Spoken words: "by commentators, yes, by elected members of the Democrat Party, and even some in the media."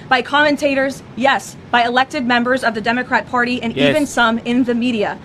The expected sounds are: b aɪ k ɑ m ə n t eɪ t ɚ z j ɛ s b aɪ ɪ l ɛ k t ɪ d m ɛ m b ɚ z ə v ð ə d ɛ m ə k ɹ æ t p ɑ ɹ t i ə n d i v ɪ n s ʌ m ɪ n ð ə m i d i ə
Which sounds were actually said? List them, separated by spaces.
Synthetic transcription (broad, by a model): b aɪ k ɑ m ə n t eɪ t ɚ z j ɛ s b aɪ ɪ l ɛ k t ɪ d m ɛ m b ɚ z ə v ð ə d ɛ m ə k ɹ æ t p ɑ ɹ t i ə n i v ɪ n s ʌ m ɪ n ð ə m i d i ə